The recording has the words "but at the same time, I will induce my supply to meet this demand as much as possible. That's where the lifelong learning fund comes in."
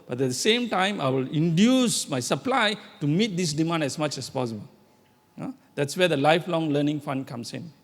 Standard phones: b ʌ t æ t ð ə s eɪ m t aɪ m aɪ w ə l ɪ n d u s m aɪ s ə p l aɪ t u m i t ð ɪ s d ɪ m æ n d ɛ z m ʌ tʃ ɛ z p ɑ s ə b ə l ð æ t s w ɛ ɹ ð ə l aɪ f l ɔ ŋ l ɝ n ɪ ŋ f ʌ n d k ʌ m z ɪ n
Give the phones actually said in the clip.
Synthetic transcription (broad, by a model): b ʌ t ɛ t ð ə s eɪ m t aɪ m aɪ w ə l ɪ n d u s m aɪ s ə p l aɪ t u m i t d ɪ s d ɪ m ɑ n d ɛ s m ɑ tʃ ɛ s p ɑ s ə b ə l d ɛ t s w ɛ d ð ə l aɪ f l ɔ ŋ l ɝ n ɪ ŋ f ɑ n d k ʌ m s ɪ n